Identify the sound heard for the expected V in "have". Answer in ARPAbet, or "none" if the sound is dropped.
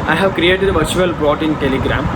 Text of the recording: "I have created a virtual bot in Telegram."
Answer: V